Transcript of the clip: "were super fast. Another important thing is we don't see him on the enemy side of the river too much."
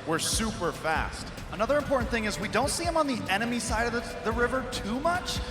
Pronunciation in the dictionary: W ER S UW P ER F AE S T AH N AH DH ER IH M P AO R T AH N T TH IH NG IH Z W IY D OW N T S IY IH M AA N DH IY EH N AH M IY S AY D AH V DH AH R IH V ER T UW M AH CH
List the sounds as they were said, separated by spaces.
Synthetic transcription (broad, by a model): W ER S UW P ER F AE S T AH N AH DH ER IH M P AO R T N TH IH NG IH Z W IY D OW N T S IY IH M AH N DH IY EH N AH M IY S AY D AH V DH AH R IH V ER T UW M AH CH